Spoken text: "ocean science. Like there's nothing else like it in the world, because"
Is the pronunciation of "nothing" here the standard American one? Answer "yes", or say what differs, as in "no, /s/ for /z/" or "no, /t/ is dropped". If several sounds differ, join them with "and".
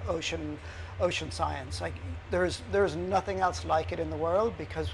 yes